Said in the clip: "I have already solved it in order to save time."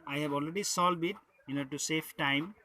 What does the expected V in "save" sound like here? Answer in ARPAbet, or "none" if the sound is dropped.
F